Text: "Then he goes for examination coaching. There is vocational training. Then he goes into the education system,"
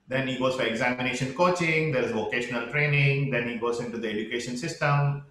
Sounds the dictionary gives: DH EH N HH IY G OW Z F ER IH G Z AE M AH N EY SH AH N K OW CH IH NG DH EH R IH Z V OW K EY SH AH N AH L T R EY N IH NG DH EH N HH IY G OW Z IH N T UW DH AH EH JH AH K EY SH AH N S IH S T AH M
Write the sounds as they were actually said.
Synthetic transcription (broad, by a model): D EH N HH IY G OW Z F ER IH G Z AE M AH N EY SH AH N K OW CH IH NG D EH R IH Z V OW K EY SH AH N AH L T R EY N IH NG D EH N HH IY G OW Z IH N T UW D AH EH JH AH K EY SH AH N S IH S T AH M